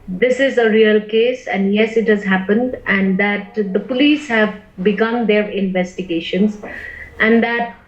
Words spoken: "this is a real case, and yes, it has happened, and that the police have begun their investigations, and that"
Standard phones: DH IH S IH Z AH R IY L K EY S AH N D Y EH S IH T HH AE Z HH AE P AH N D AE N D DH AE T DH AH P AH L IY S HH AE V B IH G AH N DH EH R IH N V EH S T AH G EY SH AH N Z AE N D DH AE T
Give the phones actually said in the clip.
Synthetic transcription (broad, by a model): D IH S IH Z AH R IY L K EY S AH N D Y EH S IH T HH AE Z HH AE P AH N D AE N D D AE T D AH P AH L IY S HH AE V B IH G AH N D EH R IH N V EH S T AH G EY SH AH N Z AE N D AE T